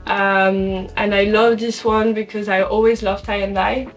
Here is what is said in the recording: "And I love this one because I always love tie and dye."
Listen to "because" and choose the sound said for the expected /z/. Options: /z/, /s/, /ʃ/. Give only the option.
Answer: /z/